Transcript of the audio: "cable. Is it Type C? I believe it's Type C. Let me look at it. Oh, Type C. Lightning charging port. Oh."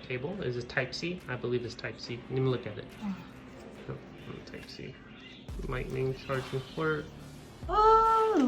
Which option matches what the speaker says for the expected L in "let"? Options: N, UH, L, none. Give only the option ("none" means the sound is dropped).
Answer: N